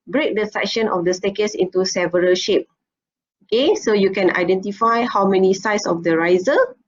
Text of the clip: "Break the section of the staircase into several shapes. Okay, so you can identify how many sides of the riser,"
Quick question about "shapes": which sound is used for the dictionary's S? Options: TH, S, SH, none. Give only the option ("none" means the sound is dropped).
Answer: none